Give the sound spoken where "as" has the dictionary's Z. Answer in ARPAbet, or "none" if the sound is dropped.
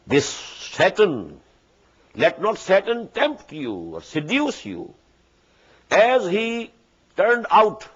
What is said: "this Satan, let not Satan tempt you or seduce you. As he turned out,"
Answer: Z